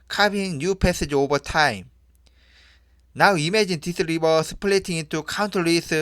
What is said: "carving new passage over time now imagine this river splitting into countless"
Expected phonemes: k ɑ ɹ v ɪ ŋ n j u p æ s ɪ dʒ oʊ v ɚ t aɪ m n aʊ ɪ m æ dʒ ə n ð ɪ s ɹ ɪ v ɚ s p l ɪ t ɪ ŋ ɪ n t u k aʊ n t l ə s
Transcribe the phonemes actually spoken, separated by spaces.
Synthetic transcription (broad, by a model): k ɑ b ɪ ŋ n j u p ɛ s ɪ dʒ oʊ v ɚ t aɪ m n aʊ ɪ m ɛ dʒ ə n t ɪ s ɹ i b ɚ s p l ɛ t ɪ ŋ ɪ n t u k aʊ n t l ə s